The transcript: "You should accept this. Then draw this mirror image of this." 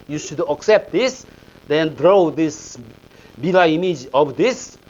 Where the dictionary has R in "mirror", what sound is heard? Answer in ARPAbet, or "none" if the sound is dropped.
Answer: L